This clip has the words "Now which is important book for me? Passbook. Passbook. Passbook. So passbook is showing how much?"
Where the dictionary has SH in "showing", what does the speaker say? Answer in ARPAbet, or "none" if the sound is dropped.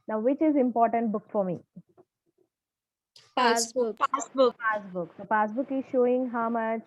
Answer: SH